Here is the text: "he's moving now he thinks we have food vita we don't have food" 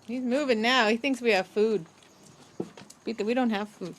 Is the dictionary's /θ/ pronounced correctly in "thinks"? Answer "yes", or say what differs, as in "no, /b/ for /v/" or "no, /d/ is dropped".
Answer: yes